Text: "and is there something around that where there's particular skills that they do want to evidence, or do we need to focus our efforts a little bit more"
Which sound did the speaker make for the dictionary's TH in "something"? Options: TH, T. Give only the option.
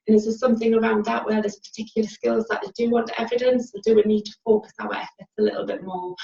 TH